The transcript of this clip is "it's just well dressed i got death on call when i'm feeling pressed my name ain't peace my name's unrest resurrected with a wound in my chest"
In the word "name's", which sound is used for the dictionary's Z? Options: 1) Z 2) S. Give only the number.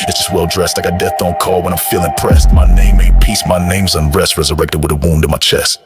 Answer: 1